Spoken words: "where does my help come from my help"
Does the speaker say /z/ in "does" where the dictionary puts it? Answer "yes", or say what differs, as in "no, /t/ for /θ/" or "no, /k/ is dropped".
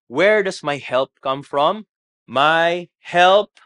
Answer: no, /s/ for /z/